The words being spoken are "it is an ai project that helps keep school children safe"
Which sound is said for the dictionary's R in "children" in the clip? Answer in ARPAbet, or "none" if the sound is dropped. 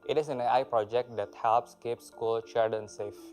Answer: none